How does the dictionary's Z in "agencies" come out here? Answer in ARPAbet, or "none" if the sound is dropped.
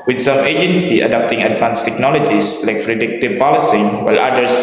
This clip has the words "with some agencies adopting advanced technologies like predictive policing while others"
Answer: none